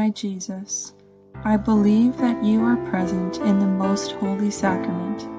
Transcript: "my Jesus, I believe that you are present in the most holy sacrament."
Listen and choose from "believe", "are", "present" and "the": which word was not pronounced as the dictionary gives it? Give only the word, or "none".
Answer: none